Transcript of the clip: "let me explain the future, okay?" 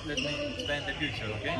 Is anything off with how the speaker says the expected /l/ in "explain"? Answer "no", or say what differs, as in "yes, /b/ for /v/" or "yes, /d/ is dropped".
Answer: yes, /l/ is dropped